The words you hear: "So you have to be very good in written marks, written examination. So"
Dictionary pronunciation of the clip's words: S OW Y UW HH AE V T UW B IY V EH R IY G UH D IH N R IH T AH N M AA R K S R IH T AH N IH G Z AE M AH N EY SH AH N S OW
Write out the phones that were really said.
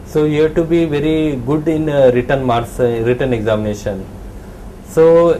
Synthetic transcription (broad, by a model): S OW Y UW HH T UW B IY V EH R IY G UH D IH N R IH T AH N M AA R S R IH T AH N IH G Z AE M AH N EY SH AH N S OW